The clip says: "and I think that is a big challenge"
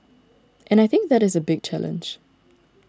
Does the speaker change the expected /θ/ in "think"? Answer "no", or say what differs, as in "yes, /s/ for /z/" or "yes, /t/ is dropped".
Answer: no